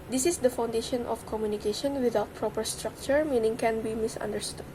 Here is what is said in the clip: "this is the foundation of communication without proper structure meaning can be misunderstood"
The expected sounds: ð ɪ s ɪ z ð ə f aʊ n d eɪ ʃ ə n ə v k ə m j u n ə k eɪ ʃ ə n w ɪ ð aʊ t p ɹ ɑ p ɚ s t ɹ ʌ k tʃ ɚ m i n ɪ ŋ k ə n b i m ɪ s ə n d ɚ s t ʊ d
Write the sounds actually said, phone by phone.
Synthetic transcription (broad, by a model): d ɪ s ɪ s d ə f aʊ n d eɪ ʃ ə n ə f k ə m j u n ə k eɪ ʃ ə n w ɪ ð aʊ t p ɹ ɑ p ɚ s t ɹ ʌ k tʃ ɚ m i n ɪ ŋ k ə n b i m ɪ s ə n d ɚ s t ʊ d